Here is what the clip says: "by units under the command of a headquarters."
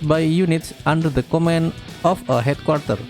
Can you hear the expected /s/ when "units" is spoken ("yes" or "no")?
yes